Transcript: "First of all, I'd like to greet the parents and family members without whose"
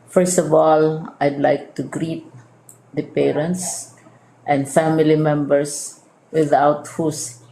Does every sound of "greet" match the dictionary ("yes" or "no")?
yes